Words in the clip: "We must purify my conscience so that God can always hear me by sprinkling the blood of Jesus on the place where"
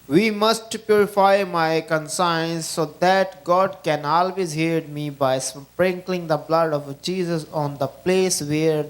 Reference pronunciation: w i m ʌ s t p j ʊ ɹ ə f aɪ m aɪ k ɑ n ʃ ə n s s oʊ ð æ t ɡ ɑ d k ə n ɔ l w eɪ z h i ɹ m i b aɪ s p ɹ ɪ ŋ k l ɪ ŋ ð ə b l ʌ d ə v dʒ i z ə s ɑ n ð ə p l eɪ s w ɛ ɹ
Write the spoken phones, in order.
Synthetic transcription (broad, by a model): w i m ʌ s t p j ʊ ɹ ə f aɪ m aɪ k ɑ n s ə n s s oʊ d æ t ɡ ɑ d k ə n ɔ l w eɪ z h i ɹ m i b aɪ s p ɹ ɪ ŋ k l ɪ ŋ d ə b l ʌ d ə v dʒ i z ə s ɑ n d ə p l eɪ s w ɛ ɹ